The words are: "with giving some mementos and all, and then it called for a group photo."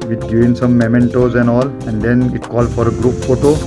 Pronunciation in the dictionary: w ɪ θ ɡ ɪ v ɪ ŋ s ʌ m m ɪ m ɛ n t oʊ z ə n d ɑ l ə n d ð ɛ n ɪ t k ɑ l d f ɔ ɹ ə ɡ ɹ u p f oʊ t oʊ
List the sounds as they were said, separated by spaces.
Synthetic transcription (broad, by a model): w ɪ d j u ɪ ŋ s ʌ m m ɪ m ɛ n t oʊ z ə n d ɑ l ə n d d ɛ n ɪ t k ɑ l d f ɔ ɹ ə ɡ ɹ u p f oʊ t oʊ